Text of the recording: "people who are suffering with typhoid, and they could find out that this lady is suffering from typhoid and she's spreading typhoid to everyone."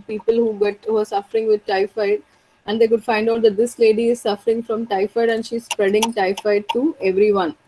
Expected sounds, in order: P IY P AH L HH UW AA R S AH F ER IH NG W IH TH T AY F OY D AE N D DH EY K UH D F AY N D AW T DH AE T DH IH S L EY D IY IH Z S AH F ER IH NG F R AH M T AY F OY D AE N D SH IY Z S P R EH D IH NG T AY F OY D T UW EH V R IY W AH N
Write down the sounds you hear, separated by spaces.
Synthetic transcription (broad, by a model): P IY P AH L HH UW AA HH S AH F ER IH NG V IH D T AY F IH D AE N D EY K UH D F AY N D AW T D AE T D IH S L EY D IY IH Z S AH F ER IH NG F R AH M T AY F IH D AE N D SH IY Z S P R EH D IH NG T AY F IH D T UW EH V R IY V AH N